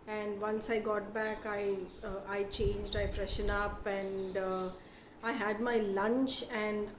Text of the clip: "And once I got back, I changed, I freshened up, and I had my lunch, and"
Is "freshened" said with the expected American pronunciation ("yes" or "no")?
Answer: no